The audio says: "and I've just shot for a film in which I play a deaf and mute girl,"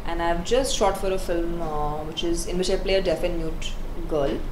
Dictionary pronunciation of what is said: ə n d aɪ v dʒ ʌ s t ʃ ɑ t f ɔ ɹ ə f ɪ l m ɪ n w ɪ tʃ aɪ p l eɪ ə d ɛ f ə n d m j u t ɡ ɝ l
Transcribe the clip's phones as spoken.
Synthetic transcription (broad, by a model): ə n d aɪ v dʒ ʌ s t ʃ ɑ t f ɔ ɹ ə f ɪ l m ɪ n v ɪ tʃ aɪ p l eɪ ə d ɛ f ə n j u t ɡ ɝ l